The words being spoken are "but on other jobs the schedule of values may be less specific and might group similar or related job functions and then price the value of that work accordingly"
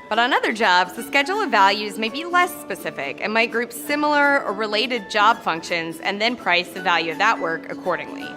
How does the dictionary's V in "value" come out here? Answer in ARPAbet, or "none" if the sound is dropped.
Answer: V